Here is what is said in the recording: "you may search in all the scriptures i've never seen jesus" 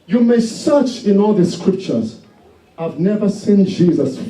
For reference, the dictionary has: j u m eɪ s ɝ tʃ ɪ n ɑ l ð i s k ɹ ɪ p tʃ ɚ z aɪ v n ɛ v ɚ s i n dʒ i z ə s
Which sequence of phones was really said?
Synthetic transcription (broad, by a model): j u m eɪ s ɝ tʃ ɪ n ɑ l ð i s k ɹ ɪ p tʃ ɚ z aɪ v n ɛ v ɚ s i n dʒ i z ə s